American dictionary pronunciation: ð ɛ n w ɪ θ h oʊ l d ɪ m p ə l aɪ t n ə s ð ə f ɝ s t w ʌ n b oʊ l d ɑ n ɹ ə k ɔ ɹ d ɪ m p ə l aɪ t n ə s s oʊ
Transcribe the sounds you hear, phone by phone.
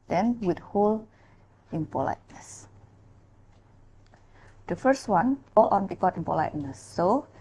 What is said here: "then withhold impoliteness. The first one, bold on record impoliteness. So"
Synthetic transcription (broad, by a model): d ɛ n w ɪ t h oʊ l ɪ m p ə l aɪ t n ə s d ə f ɝ s t w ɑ n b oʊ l ɑ n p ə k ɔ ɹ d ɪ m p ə l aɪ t n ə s s oʊ